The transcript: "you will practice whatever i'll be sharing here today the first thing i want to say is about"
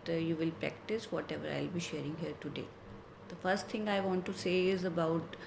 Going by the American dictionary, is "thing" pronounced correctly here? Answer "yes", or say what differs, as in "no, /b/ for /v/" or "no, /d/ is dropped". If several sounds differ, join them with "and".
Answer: no, /t/ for /θ/